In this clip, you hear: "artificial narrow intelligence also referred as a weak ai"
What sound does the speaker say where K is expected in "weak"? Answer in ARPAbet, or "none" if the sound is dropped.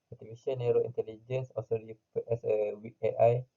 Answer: none